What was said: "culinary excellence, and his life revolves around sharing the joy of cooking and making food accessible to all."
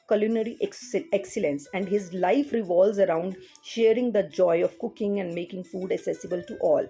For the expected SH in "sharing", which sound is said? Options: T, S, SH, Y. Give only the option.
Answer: SH